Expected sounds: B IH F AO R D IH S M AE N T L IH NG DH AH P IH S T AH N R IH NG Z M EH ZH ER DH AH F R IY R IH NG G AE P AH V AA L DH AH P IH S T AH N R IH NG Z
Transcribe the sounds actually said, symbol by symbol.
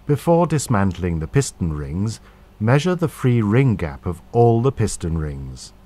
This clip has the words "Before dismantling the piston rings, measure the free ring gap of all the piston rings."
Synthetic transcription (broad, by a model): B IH F AO R D IH S M AE N T L IH NG DH AH P IH S T AH N R IH NG Z M EH ZH ER DH AH F R IY R IH NG G AE P AH V AA L DH AH P IH S T AH N R IH NG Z